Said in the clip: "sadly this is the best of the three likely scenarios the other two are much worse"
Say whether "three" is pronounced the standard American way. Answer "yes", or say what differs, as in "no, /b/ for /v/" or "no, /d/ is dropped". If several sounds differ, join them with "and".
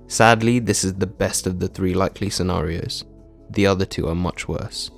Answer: yes